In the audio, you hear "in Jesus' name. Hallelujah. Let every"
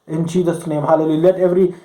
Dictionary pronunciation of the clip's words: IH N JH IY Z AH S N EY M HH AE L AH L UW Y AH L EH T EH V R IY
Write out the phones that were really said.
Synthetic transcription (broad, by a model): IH N CH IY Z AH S N EY M HH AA L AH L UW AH L EH T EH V R IY